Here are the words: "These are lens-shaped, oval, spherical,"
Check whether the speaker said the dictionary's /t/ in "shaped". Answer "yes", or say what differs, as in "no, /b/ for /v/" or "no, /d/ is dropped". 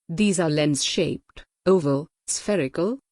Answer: yes